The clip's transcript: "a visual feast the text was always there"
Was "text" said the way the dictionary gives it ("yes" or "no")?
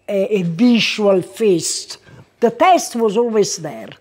no